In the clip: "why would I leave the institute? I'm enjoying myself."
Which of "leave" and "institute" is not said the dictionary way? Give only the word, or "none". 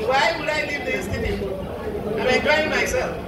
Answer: institute